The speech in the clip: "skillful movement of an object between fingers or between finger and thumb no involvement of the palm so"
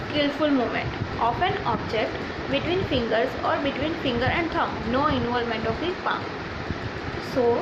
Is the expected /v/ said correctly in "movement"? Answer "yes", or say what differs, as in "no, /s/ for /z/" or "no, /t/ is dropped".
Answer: no, /v/ is dropped